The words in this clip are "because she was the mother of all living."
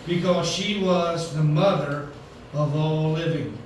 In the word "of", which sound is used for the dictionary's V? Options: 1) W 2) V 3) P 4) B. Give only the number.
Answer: 2